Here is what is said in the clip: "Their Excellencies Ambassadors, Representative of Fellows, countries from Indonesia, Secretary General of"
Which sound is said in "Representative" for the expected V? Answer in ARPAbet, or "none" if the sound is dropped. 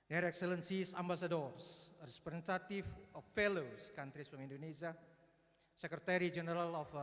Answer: F